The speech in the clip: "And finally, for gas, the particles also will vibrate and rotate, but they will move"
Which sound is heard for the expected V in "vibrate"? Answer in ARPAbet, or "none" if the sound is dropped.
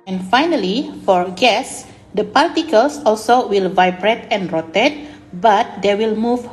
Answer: V